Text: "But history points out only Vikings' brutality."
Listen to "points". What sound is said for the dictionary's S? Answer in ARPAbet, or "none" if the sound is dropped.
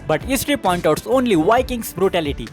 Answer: none